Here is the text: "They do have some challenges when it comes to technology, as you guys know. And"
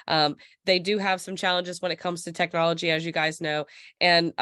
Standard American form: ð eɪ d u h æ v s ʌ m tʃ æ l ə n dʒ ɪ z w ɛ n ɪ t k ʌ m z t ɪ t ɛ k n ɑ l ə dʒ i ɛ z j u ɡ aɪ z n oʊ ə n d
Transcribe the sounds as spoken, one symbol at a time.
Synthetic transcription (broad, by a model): ð eɪ d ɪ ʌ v s ʌ m tʃ æ l ə n dʒ ɪ z w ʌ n ɪ t k ʌ m z t ɪ t ɛ k n ɑ l ə dʒ i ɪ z j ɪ ɡ aɪ z n oʊ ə n